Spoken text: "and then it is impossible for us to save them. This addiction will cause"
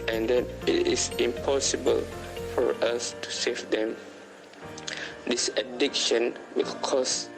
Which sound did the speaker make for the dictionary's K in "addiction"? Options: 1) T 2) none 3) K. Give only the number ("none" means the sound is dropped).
3